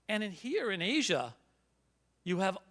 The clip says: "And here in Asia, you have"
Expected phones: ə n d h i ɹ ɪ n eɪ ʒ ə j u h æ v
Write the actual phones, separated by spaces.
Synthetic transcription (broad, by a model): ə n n h i ɹ ɪ n eɪ ʒ ə j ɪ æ v